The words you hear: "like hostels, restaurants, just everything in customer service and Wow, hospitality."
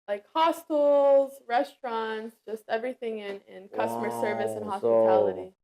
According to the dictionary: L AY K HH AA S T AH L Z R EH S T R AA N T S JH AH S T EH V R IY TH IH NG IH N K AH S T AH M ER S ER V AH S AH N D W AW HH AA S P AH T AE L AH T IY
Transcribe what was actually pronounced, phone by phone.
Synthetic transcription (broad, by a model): L AY K HH AA S T AH L Z R EH S T R AA N T S JH AH S T EH V R IY TH IH NG IH N K AH S T AH M ER S ER V AH S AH N HH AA S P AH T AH T IY